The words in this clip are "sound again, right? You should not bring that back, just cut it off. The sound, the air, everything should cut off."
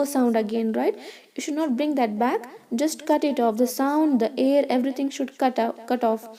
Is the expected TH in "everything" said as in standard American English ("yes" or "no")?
no